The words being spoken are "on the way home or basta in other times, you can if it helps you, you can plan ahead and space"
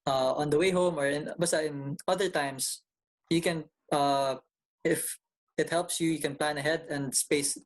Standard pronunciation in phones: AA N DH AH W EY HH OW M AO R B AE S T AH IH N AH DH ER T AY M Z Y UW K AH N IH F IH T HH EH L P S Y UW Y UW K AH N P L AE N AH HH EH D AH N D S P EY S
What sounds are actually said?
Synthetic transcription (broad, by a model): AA N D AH W EY HH OW M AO R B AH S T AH IH N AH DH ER T AY M S Y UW K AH N IH F IH T HH EH L P S Y UW Y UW K AH N P L AE N AH HH EH D AH N D S P EY S